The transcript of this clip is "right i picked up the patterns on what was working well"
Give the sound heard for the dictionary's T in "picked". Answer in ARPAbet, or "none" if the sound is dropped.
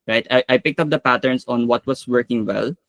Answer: T